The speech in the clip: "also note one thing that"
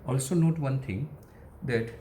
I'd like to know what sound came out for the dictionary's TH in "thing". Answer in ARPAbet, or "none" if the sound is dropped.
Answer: T